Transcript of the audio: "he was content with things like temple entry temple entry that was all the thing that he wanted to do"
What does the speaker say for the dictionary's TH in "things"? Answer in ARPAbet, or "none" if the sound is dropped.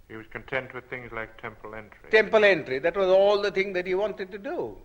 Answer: TH